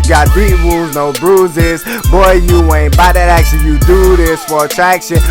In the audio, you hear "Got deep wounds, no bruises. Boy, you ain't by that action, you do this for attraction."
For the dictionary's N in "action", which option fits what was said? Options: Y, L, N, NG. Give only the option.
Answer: L